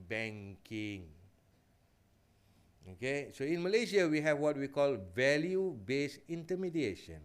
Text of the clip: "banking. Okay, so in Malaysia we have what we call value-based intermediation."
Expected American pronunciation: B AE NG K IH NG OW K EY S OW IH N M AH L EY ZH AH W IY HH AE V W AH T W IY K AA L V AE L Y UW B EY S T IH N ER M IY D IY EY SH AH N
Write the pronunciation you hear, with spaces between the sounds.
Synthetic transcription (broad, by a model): B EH NG K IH NG OW K EY S OW IH N M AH L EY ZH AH W IY HH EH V W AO T W IY K AA L V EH L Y UW B EY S IH N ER M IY D IY EY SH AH N